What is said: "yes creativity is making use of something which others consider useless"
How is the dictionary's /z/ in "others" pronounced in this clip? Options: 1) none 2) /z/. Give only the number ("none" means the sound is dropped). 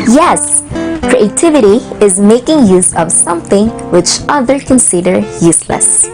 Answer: 1